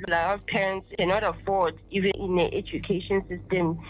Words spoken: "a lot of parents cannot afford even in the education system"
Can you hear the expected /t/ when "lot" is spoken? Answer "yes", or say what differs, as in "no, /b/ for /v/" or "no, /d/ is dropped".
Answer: no, /t/ is dropped